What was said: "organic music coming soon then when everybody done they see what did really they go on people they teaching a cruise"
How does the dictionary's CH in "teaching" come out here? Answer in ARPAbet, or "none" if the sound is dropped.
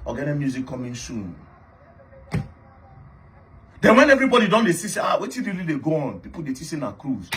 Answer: S